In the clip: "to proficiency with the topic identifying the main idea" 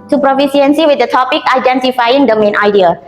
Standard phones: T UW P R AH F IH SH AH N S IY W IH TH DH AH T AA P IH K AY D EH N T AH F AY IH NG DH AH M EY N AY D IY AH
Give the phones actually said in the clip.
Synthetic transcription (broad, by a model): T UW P R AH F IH S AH N S IY W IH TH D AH T AA P IH K AY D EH N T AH F AY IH NG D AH M EY N AY D IY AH